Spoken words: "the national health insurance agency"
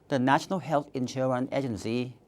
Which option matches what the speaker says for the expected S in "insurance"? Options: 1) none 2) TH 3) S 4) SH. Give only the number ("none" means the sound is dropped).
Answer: 1